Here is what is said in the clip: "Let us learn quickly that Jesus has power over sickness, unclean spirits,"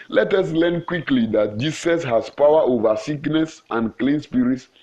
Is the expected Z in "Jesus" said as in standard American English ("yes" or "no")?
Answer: no